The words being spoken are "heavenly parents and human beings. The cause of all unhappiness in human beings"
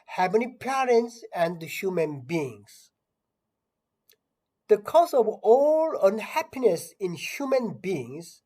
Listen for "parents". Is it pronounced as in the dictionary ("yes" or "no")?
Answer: yes